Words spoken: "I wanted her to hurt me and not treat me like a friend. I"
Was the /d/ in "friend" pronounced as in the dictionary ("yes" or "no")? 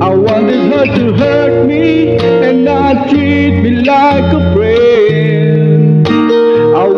no